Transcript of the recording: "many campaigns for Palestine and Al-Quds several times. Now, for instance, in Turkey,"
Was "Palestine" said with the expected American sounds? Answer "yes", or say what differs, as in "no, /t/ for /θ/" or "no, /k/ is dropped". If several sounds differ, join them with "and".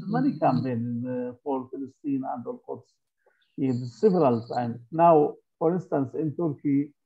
no, /f/ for /p/